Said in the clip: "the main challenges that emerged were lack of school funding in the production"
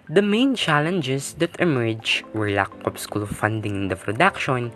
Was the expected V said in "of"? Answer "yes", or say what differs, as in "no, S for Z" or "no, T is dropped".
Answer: no, P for V